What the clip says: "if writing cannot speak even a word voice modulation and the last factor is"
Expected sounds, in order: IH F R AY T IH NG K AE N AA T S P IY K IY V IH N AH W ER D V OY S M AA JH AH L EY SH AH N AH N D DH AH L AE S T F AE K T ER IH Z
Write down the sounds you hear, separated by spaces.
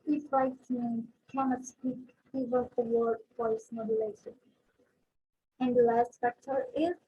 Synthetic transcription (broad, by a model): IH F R AY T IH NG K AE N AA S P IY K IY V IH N AH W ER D F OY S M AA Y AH L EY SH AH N AH N D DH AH L AE S T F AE K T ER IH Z